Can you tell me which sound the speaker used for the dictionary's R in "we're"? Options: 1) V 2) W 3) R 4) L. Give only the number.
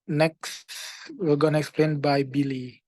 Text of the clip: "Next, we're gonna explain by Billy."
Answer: 4